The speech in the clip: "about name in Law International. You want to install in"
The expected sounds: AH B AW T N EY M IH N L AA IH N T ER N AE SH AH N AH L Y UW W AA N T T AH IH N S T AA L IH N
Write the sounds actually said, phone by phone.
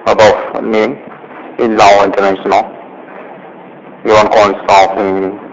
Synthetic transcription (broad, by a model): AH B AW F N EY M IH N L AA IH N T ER N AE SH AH N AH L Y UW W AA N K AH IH S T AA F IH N